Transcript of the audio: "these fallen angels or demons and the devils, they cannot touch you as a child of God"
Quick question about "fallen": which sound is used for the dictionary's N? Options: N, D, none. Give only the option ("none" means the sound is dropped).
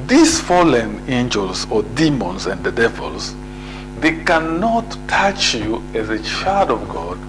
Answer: N